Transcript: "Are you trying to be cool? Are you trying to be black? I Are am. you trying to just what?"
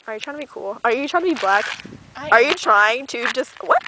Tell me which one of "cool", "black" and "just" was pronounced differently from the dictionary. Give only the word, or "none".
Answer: none